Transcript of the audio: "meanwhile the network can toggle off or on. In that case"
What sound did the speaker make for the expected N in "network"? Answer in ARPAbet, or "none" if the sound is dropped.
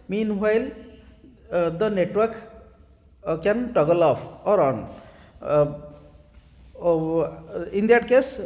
N